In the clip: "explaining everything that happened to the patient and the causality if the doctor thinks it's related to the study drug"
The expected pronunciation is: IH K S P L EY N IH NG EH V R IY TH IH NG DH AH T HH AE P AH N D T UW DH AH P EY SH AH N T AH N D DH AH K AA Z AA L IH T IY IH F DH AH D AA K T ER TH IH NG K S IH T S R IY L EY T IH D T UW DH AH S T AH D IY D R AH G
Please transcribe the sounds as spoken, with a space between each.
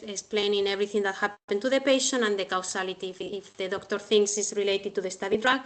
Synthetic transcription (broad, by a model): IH K S P L EY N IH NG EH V R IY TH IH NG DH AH T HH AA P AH N T UW DH AH P EY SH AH N AH N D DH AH K AA S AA L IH T IY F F DH AH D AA K T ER TH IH NG K S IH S R IY L EY T IH D T UW DH AH S T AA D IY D R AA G